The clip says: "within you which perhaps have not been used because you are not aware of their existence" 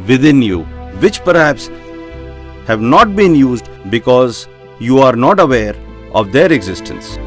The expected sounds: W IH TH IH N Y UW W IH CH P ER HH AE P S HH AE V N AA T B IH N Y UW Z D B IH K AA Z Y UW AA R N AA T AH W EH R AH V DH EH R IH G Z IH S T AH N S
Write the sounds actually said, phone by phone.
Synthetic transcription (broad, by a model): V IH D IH N Y UW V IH CH P ER HH AE P S HH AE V N AA T B IH N Y UW Z D B IH K AA Z Y UW AA R N AA T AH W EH R AH V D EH R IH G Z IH S T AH N S